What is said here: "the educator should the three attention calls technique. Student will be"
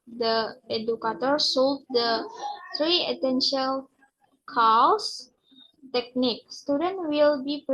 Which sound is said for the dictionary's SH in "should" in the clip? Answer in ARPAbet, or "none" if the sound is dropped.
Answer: S